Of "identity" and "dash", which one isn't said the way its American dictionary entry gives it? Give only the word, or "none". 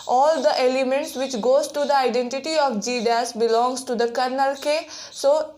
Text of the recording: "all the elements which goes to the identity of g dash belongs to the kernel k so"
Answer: dash